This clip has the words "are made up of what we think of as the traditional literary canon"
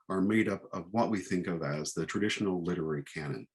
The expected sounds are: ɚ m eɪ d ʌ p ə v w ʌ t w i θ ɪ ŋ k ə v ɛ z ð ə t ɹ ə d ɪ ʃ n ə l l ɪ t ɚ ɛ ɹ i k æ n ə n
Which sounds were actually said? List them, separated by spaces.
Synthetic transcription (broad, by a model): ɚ m eɪ d ʌ p ə v w ʌ t w i θ ɪ ŋ k ə v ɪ z ð ə t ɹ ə d ɪ ʃ n l l ɪ t ɚ ɛ ɹ i k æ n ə n